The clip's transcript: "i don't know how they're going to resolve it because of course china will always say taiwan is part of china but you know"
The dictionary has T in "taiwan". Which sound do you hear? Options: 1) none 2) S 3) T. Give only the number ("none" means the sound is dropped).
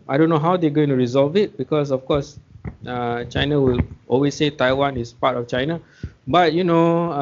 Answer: 3